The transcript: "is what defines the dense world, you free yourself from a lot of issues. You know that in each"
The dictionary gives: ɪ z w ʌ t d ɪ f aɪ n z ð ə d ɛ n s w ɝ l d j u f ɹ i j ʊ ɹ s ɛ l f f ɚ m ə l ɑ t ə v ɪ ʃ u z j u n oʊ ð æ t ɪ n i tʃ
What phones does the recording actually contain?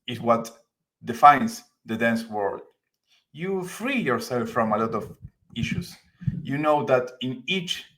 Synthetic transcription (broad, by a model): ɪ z w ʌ t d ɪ f aɪ n s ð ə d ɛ n s w ɝ l d j u f ɹ i j ʊ ɹ s ɛ l f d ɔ m ə l ɑ t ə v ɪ ʃ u s j u n oʊ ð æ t ɪ n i tʃ